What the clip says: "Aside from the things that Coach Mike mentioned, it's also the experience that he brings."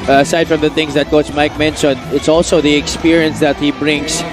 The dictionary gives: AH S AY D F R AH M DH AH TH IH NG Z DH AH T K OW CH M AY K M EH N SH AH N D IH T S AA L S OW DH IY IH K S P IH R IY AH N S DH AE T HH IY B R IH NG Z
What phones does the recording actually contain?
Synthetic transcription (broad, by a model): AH S AY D F R AH M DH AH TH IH NG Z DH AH T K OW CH M AY K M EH N S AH N IH T S AA L S OW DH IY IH K S P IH R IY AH N S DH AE T HH IY B R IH NG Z